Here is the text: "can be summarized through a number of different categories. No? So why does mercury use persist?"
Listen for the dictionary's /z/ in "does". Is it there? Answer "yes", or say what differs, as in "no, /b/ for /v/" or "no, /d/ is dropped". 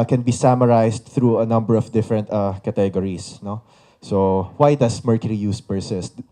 no, /s/ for /z/